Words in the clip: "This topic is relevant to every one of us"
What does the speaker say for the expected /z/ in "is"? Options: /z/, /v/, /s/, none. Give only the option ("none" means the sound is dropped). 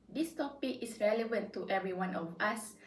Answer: /s/